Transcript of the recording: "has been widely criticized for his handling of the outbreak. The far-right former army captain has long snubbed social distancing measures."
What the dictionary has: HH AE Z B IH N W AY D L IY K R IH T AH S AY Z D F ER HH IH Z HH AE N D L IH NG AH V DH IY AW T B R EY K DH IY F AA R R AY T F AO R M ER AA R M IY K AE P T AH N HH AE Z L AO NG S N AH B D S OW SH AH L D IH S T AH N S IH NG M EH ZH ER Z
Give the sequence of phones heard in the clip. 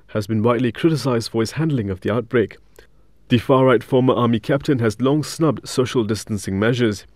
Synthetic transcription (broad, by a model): HH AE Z B IH N W AY D L IY K R IH T AH S AY Z D F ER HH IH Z HH AE N D L IH NG AH V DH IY AW T B R EY K DH IY F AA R R AY T F AO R M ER AA M IY K AE P T AH N HH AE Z L AO NG S N AH B D S OW SH AH L D IH S T AH N S IH NG M EH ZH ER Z